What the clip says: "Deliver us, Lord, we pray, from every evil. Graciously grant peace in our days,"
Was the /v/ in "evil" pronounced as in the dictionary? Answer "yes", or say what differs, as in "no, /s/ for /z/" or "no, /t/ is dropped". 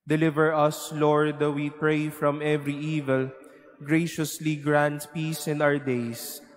yes